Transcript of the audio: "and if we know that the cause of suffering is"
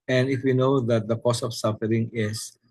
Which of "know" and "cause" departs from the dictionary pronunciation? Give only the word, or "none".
cause